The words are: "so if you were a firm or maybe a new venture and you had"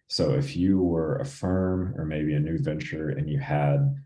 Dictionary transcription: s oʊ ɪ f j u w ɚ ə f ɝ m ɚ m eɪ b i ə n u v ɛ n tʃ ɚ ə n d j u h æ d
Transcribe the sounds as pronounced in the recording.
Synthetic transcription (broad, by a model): s oʊ ɪ f j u w ɚ ə f ɝ m ɚ m eɪ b i ə n u v ɛ n tʃ ɚ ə n j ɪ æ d